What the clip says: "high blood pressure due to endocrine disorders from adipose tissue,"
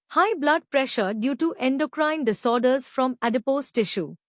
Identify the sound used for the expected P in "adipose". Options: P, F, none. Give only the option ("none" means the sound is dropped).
P